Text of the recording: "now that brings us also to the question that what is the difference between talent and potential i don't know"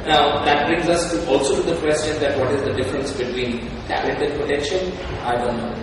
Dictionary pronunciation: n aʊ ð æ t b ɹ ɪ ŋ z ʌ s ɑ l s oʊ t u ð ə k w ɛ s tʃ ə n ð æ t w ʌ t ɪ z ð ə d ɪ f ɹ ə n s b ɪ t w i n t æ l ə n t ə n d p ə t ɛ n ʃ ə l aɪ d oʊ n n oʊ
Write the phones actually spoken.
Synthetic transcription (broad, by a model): n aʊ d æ t b ɹ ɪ ŋ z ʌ s ɑ l s oʊ t u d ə k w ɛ s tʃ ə n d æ t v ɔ t ɪ z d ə d ɪ f ɹ ə n s b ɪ t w i n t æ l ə t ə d p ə t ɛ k ʃ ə n aɪ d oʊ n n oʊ